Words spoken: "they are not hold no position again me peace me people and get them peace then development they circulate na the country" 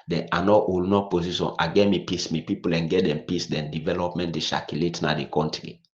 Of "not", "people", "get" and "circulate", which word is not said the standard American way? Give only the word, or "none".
circulate